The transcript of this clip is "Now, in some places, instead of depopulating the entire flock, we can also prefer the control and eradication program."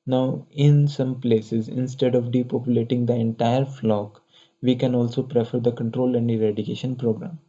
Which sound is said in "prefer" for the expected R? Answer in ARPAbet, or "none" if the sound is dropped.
R